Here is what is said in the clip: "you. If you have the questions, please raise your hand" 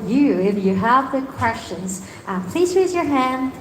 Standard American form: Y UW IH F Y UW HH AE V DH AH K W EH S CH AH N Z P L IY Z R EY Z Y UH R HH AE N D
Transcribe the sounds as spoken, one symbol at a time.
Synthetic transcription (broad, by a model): Y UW IH F Y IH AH V DH AH K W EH S CH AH N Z P L IY Z R EY Z Y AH R HH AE N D